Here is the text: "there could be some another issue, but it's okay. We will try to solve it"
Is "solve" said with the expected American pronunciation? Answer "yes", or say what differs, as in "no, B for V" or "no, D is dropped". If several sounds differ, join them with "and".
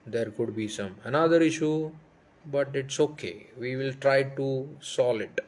no, V is dropped